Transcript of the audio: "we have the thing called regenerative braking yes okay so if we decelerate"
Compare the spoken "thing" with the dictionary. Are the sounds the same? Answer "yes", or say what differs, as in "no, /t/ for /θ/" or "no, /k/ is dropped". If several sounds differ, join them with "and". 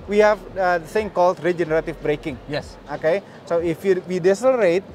no, /s/ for /θ/